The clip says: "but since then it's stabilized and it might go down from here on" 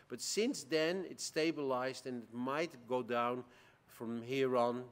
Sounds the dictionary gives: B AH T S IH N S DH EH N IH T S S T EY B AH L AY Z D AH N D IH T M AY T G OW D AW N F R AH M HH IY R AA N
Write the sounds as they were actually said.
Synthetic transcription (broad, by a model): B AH T S IH N S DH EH N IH T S S T EY B AH L AY Z D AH N IH T M AY T G OW D AW N F R AH M HH IY R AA N